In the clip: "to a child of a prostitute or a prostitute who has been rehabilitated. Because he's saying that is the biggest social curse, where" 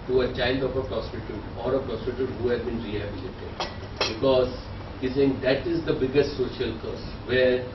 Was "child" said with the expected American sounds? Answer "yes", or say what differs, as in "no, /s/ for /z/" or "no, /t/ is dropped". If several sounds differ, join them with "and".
no, /n/ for /l/